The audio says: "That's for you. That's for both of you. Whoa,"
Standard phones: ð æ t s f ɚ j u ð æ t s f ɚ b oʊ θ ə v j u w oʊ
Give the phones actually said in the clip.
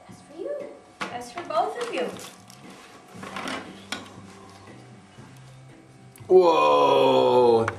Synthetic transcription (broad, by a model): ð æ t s f ɚ j u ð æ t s f ɚ b oʊ θ ə v j u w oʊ